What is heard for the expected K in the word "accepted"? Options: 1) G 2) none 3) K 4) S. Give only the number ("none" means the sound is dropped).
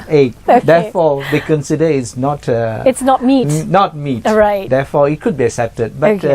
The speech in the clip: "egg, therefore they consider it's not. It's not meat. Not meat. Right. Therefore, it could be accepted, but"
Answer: 3